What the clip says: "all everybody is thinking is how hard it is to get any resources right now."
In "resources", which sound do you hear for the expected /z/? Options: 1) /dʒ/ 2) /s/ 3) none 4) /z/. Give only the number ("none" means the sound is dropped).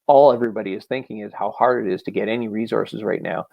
4